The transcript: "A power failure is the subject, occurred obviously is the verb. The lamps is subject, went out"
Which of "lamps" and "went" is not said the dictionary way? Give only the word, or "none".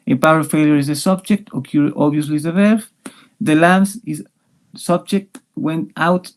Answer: lamps